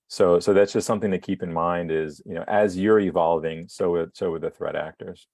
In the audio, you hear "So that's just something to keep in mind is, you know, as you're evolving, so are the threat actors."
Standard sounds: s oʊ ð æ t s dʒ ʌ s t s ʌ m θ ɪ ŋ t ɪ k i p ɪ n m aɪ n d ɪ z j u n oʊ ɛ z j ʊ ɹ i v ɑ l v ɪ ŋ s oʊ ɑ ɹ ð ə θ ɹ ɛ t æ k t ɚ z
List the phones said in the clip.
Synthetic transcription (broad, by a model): s oʊ ð æ t s dʒ ʌ s t s ʌ m θ ɪ ŋ t ɪ k i p ɪ n m aɪ n d ɪ z j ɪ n oʊ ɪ z j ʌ ɹ i v ɑ l v ɪ ŋ s oʊ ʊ w ð ə θ ɹ ɛ t æ k t ɚ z